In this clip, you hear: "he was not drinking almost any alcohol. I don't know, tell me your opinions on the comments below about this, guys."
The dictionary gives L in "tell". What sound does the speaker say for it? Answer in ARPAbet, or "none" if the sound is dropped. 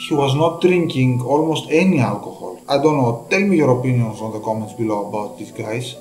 L